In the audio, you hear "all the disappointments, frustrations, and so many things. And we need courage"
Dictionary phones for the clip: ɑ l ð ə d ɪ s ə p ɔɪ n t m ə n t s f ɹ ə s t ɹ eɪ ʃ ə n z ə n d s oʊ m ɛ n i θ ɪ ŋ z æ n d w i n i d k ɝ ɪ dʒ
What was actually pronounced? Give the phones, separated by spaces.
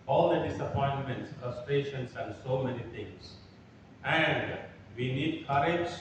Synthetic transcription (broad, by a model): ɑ l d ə d ɪ s ə p ɔɪ n t m ə n t s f ɹ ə s t ɹ eɪ ʃ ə n s ə n d s oʊ m ɛ n i t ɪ ŋ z æ n d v i n i d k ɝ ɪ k